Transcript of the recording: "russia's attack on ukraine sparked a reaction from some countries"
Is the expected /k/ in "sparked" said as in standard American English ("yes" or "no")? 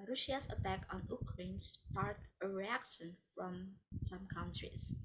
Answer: no